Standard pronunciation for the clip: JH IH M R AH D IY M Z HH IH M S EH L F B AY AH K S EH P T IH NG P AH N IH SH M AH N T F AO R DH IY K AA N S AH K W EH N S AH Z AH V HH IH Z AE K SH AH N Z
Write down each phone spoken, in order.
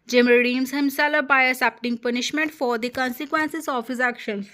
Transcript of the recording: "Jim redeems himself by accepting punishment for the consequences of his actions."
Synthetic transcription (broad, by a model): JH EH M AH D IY M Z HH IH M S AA L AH B AY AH S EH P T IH NG P AH N IH SH M AH N T F AO R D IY K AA N S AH K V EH N S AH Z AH F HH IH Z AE K SH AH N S